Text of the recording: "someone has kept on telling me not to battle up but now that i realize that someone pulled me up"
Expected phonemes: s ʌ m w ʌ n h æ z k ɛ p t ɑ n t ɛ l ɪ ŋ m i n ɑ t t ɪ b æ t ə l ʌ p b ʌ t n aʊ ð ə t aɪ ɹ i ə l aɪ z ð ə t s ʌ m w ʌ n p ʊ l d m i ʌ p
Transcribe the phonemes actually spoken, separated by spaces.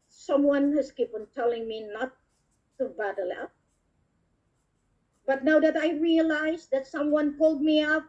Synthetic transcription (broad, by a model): s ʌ m w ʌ n h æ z k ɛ p ʌ n t ɛ l ɪ ŋ m i n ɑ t t ɪ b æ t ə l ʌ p b ʌ t n aʊ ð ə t aɪ ɹ i ə l aɪ z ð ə t s ʌ m w ʌ n p ʊ l d m i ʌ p